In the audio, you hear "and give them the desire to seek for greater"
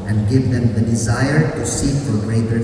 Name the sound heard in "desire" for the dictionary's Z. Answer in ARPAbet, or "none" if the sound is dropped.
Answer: Z